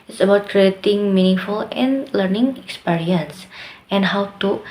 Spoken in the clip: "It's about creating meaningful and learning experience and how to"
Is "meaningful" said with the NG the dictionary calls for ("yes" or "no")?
yes